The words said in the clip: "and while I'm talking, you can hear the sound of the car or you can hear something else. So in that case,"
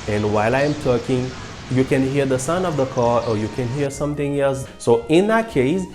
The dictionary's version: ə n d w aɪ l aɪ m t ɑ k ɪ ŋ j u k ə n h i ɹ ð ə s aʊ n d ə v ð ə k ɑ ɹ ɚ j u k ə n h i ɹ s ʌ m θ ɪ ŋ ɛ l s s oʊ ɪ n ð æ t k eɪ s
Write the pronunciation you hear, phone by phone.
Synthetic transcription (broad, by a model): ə n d w aɪ l aɪ m t ɑ k ɪ ŋ j u k ə n h i ɹ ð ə s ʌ n ə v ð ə k ɑ ɹ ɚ j u k ə n h i ɹ s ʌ m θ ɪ ŋ ɛ l s s oʊ ɪ n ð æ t k eɪ s